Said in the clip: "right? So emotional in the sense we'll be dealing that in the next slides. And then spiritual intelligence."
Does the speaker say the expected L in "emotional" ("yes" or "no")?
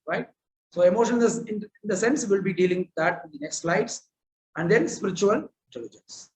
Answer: no